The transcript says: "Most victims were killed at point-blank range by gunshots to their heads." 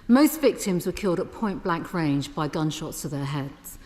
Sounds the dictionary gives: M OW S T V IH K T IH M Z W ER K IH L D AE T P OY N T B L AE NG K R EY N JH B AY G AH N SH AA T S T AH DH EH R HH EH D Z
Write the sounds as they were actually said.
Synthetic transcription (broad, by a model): M OW S T V IH K T IH M Z W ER K IH L D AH T P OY N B L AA NG K R EY N JH B AY G AH N SH AA T S T AH DH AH HH EH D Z